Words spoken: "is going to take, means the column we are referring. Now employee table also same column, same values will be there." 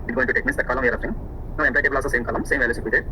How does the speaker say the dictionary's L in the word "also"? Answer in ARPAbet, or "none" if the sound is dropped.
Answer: none